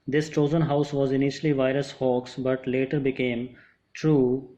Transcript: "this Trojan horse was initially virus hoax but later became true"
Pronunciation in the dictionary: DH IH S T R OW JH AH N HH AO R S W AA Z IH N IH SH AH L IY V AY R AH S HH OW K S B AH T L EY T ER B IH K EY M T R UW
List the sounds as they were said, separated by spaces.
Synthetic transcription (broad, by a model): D IH S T OW Z AH N HH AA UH S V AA Z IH N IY SH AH L IY V AY R AH S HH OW K S B AH T L EY T ER B IH K EY M T R UW